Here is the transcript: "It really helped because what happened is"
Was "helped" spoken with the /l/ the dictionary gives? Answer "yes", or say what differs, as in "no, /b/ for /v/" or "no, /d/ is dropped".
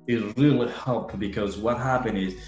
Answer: no, /l/ is dropped